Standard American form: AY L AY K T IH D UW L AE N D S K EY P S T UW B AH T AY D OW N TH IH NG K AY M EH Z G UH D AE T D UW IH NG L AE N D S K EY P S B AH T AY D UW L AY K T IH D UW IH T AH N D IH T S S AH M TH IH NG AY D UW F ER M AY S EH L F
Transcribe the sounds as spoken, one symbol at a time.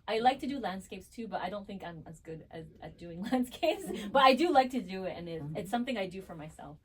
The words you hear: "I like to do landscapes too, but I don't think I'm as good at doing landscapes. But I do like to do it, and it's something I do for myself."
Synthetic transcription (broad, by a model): AY L AY K T IH D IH L AE N D S K EY P S T UW B AH T AY D OW N TH IH NG K AY M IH Z G UH D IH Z D UW IH NG L AE N D S K EY P S B AH T AY D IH L AY K T IH D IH IH T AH N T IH T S S AH M TH IH NG AY D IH F ER M AY S EH L F